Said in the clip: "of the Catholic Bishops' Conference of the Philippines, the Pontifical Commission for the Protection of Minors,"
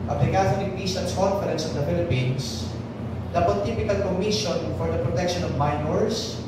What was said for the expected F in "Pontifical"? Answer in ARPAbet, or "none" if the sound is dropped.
P